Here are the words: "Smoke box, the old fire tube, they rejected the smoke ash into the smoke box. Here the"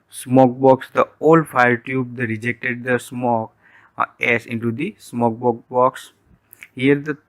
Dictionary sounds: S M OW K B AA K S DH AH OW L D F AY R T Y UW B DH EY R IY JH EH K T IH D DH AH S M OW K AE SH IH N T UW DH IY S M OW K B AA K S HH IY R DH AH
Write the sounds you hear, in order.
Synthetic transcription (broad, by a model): S M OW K B AA K S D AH OW L D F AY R T Y UW B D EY R IY JH EH K T IH D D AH S M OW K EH S IH N T UW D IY S M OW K B AA K S HH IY R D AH